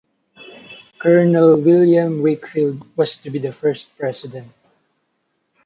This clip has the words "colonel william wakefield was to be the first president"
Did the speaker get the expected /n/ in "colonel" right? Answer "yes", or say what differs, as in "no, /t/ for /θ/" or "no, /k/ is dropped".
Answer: yes